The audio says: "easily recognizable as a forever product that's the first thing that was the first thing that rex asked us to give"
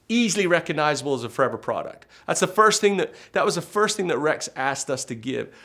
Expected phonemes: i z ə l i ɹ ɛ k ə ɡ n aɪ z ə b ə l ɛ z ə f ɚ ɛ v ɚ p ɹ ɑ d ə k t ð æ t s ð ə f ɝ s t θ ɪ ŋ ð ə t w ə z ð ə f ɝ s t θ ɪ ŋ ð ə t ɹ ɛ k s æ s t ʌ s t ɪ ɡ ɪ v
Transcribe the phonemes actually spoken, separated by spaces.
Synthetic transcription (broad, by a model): i z l i ɹ ɛ k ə ɡ n aɪ z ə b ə l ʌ z ə f ɚ ɛ v ɚ p ɹ ɑ d ə k t ð æ t s ð ə f ɝ s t θ ɪ ŋ ð ə t w ə z ð ə f ɝ s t θ ɪ ŋ ð ə t ɹ ɛ k s æ s t ʌ s t ɪ ɡ ɪ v